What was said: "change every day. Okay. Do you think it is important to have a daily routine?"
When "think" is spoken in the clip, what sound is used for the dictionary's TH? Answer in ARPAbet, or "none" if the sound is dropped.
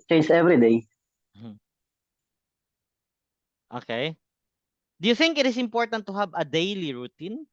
TH